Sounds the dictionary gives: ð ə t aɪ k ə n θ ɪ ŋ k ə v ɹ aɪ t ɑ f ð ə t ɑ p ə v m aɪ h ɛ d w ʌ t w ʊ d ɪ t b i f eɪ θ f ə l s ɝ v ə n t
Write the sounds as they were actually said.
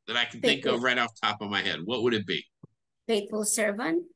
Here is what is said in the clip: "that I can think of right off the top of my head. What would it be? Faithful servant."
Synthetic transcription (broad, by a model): ð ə t aɪ k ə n θ ɪ ŋ k ə v ɹ aɪ t ɑ f t ɑ p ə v m aɪ h ɛ d w ʌ t w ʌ d ɪ t b i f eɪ t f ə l s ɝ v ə n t